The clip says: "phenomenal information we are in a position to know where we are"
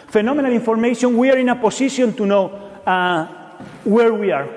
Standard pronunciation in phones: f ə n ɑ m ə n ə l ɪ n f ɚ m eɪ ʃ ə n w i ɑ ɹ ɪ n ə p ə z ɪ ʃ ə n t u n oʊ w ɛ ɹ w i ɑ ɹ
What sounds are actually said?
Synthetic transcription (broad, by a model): f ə n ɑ m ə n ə l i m f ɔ m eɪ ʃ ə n w i ɑ ɹ ɪ n ə p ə s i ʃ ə n t u n oʊ w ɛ ɹ w i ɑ ɹ